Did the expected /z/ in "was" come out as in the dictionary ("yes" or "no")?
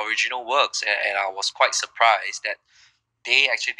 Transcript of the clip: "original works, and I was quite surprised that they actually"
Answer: no